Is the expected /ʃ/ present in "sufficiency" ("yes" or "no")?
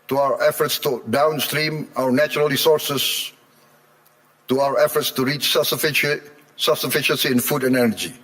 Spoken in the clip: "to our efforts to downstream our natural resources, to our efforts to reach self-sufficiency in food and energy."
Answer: yes